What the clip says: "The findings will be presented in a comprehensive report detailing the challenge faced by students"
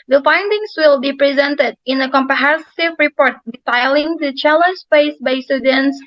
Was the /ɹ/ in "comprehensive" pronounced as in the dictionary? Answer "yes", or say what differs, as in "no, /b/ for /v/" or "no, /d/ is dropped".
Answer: no, /ɹ/ is dropped